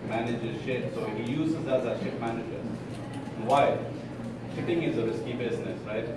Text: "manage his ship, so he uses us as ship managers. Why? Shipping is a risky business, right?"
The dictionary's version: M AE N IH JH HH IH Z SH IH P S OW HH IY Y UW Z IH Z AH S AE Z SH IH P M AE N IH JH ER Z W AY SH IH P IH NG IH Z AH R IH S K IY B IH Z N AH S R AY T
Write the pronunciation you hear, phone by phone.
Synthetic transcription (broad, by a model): M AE N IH JH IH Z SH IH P S OW HH IY Y UW Z IH Z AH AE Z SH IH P M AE N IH JH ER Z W AY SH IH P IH NG IH Z AH R IH S K IY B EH S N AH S R AY T